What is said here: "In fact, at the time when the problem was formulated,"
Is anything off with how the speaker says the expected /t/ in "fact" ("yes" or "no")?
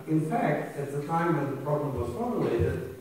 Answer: no